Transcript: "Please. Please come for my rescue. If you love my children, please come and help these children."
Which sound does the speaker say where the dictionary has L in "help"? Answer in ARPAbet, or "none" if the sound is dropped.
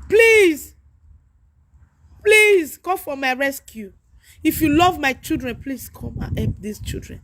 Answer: none